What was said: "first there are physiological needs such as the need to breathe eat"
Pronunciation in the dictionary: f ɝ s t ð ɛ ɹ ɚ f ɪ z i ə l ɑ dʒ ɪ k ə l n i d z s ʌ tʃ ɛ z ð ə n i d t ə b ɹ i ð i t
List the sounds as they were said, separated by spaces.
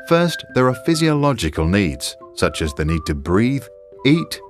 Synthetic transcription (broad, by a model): f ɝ s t ð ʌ ɹ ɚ f ɪ z i ə l ɑ dʒ ɪ k ə l n i d z s ʌ tʃ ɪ z ð ə n i d t ə b ɹ i ð i t